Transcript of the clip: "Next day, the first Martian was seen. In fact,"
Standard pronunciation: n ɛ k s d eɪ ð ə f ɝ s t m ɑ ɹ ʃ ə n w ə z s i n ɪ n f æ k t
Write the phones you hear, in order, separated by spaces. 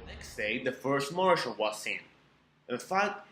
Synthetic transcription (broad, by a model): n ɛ k s d eɪ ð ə f ɝ s t m ɑ ɹ ʃ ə l w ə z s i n ɪ n f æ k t